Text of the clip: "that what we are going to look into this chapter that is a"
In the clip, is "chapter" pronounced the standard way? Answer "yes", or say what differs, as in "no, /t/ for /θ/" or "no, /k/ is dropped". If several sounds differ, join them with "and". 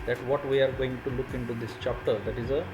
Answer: yes